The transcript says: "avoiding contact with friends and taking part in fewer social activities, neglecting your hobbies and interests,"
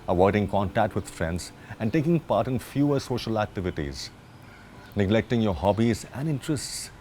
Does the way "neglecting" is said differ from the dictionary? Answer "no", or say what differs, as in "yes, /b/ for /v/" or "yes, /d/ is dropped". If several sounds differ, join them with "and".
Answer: no